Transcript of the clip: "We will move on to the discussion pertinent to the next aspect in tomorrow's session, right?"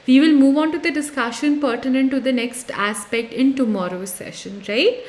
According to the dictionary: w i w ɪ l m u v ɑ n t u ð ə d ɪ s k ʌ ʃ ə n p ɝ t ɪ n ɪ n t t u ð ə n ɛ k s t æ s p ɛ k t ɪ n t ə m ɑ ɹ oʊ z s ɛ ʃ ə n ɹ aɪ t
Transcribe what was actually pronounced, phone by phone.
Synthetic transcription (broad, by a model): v i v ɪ l m u v ɑ n t u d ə d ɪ s k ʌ ʃ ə n p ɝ t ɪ n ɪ n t t u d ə n ɛ k s t æ s p ɛ k t ɪ n t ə m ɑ ɹ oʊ s ɛ ʃ ə n ɹ aɪ t